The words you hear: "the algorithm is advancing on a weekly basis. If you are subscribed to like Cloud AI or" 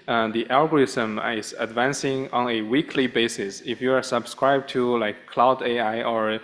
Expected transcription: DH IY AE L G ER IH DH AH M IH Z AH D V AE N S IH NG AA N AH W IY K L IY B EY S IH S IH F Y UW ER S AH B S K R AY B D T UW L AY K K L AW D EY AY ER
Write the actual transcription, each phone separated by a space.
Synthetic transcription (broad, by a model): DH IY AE L G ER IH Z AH M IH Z AH D V AE N S IH NG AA N AH W IY K L IY B EY S IH S IH F Y UW ER S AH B S K R AY B T UW L AY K K L AW D EY AY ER